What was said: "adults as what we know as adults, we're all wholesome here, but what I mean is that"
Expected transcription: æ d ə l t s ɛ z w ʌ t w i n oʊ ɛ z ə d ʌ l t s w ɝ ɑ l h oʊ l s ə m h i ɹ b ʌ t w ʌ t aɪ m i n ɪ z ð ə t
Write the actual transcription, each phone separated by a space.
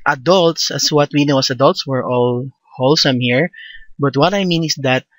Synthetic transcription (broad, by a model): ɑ d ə l t s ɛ s w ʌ t w i n oʊ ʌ s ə d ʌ l t s w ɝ ɑ l h oʊ l s ə m h i ɹ b ʌ t w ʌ t aɪ m i n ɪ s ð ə t